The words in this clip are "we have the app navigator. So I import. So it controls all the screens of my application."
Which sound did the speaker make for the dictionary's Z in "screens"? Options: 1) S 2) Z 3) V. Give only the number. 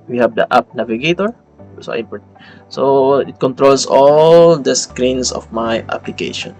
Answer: 1